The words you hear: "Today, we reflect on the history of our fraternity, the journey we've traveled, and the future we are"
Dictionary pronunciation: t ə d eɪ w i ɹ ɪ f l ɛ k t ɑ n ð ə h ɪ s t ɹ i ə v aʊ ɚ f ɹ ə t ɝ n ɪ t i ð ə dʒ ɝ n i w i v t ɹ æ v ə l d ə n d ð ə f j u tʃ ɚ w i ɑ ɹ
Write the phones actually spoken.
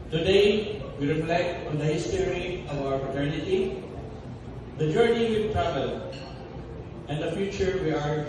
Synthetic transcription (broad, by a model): t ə d eɪ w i ɹ ɪ f l ɛ k t ɑ n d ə h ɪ s t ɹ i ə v aʊ ɚ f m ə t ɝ n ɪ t i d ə dʒ ɝ n i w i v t ɹ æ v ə l ə n d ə f j u tʃ ɚ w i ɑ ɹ